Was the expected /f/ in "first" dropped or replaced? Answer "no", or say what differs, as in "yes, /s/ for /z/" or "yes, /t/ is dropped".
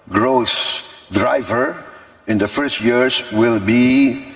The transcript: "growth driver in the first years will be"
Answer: no